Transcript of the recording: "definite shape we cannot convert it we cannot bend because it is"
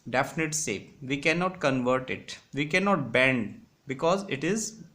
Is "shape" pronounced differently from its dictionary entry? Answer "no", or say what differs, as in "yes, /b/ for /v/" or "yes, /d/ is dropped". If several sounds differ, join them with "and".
yes, /s/ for /ʃ/